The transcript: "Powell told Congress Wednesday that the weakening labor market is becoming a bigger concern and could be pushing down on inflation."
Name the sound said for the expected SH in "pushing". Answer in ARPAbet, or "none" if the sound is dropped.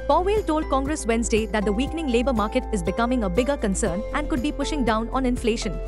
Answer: SH